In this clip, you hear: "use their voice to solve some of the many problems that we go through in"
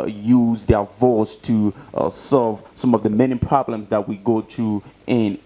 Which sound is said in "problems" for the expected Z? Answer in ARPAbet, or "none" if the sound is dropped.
Z